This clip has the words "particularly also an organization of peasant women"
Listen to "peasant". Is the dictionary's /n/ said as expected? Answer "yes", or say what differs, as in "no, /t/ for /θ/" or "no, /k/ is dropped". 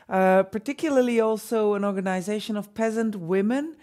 yes